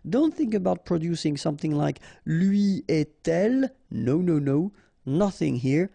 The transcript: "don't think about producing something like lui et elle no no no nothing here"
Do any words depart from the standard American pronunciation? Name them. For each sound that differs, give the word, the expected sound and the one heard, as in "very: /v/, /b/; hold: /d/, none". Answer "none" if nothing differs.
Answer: none